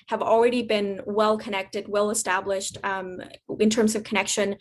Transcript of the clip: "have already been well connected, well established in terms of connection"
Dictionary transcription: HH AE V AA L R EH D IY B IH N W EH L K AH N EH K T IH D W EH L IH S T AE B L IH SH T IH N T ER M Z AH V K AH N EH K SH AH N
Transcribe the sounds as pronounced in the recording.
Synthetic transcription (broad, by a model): HH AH V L R EH D IY B IH N W EH L K AH N EH K T IH D W EH L IH S T AE B L IH SH T IH N T ER M Z AH V K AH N EH K SH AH N